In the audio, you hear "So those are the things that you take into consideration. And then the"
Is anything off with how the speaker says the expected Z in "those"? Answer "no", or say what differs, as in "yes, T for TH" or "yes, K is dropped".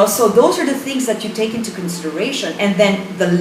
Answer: no